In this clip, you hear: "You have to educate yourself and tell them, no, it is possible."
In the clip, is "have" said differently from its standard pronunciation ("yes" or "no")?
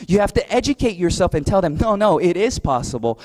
yes